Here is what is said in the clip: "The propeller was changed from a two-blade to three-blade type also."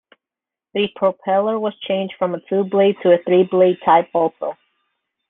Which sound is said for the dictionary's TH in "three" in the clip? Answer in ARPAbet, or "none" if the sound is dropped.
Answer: TH